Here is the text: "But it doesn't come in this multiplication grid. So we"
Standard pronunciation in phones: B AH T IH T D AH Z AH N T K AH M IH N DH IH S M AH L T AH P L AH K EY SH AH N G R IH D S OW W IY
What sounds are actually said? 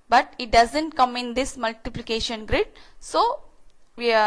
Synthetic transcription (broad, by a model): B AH T IH T D AH Z AH N T K AH M IH N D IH S M AH L T AH P L AH K EY SH AH N G R IH D S OW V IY